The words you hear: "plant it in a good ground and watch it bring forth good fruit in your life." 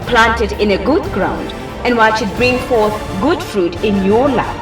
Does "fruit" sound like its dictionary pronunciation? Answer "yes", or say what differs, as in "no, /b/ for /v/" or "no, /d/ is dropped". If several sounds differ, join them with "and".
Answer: yes